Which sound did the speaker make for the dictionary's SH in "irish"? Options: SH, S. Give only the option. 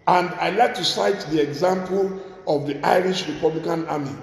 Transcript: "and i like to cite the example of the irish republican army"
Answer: SH